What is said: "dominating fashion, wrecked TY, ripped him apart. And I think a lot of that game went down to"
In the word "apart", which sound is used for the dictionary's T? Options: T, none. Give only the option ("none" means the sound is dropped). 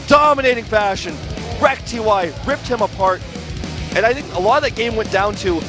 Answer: T